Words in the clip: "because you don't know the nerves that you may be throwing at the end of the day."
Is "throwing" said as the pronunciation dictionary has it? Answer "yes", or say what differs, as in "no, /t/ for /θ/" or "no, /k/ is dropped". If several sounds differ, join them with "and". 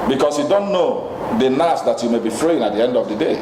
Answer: no, /f/ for /θ/